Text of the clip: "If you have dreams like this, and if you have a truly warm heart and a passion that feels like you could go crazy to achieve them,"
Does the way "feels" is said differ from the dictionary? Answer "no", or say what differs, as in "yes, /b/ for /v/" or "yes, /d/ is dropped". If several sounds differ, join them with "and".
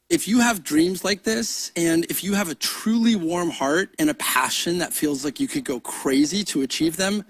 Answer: no